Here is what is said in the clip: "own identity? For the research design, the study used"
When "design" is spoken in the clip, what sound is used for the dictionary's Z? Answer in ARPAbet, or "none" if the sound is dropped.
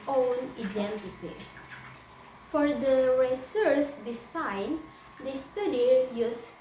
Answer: S